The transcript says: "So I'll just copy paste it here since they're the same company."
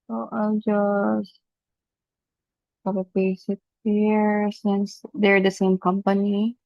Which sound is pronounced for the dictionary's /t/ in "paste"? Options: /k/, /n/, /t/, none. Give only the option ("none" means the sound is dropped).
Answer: none